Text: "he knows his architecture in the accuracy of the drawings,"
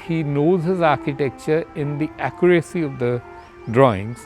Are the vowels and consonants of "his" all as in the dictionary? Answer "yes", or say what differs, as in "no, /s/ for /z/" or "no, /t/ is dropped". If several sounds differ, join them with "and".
yes